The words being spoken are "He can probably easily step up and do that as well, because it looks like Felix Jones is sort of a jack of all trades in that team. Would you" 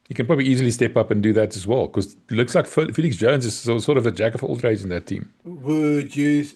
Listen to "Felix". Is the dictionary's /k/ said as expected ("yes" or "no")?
yes